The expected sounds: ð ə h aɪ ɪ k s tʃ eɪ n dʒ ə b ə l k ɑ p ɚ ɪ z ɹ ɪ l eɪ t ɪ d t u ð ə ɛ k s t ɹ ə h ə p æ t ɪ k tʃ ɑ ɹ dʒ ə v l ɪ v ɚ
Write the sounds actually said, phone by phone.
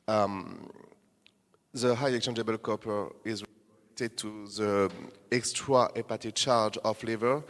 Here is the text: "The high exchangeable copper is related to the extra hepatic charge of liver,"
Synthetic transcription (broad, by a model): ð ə h aɪ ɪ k tʃ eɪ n dʒ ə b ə l k ɑ p ɚ ɪ z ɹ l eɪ t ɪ d t u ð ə ɛ k s t ɹ ə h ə p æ t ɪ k tʃ ɑ ɹ dʒ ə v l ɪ v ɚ